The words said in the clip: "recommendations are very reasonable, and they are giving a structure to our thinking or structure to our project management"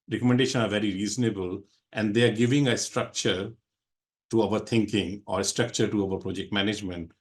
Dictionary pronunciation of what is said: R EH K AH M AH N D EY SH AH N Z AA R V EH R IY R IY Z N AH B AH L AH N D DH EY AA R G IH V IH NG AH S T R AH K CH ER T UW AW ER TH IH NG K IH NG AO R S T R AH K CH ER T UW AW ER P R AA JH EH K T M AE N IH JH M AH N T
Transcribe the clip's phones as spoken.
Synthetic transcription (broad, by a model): R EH K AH M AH N D EY SH AH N AA R V EH R IY R IY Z N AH B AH L AH N D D EY AA R G IH V IH NG AH S T R AH K CH ER T UW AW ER T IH NG K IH NG AO R S T R AH K CH ER T UW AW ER P R AA JH EH K T M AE N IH JH M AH N T